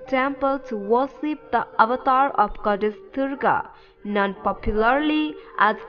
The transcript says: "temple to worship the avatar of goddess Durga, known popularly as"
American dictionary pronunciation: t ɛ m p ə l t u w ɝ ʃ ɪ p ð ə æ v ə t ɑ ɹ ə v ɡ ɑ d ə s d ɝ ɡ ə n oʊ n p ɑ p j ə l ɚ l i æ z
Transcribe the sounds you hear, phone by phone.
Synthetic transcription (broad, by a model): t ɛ m p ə l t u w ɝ s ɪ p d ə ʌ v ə t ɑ ɹ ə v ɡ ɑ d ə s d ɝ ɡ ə n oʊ n p ɑ p j ə l ɚ l i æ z